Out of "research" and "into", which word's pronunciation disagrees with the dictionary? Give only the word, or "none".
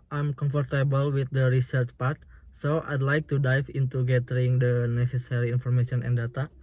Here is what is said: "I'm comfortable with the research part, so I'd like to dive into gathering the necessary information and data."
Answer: none